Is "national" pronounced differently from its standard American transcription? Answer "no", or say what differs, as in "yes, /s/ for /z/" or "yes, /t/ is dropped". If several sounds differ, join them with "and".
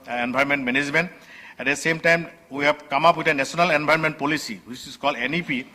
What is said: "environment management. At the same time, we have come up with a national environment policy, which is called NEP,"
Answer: yes, /s/ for /ʃ/